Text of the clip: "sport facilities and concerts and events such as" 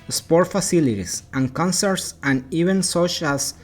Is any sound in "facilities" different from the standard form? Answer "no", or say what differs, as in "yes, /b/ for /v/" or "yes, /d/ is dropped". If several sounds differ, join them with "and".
yes, /s/ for /z/